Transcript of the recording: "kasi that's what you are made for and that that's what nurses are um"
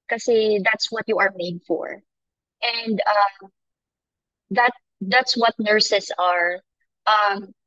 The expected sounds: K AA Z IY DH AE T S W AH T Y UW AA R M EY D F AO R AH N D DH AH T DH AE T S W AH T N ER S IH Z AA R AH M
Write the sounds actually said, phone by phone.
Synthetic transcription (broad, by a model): K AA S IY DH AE T S W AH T Y UW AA R M EY D F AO R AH N D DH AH T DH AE T S W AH T N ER S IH S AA R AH M